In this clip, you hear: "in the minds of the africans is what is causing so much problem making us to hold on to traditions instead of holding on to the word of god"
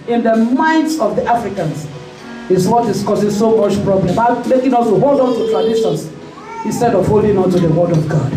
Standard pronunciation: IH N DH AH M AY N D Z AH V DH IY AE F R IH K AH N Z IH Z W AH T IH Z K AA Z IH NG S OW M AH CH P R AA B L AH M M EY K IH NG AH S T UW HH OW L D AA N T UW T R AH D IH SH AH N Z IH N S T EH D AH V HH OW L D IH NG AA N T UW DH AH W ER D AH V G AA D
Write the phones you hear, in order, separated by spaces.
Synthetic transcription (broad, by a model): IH N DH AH M AY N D S AH V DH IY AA F R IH K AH N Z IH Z W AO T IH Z K AA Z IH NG S OW M AH CH P R AA B L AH M M EY K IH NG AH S T UW HH OW L D AA N T UW T R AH D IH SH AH N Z IH N S T EH D AH V HH OW L D IH NG AA N T UW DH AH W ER D AH V G AA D